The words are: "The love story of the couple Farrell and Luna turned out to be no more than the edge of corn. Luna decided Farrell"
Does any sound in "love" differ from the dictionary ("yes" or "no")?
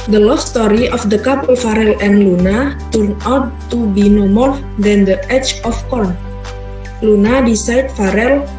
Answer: yes